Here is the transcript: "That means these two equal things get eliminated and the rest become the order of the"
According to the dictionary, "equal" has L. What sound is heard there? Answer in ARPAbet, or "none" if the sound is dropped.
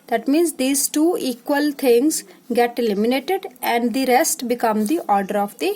L